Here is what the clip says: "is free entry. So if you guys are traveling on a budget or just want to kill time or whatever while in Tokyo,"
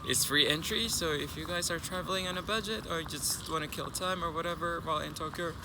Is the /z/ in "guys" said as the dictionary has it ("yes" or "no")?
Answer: yes